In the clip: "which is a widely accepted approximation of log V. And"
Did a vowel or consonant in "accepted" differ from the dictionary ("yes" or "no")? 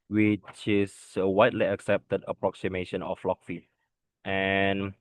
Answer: no